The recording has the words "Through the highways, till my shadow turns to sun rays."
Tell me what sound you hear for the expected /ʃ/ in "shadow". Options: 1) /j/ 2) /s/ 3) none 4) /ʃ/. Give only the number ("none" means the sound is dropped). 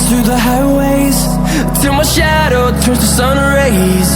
4